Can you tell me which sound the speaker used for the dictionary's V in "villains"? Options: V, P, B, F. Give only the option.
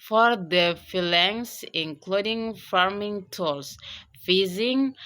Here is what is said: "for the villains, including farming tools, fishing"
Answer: F